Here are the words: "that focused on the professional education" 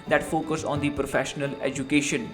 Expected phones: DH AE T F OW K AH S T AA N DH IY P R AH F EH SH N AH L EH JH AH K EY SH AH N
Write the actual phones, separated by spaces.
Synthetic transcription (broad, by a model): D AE T F OW K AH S AA N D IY P R AH F EH SH N AH L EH JH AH K EY SH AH N